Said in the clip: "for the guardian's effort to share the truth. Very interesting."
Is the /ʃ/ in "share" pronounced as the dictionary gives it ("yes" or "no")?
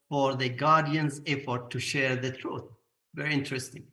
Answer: yes